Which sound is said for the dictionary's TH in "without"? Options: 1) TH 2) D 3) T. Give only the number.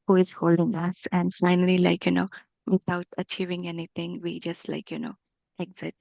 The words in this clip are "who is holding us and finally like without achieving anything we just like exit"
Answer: 3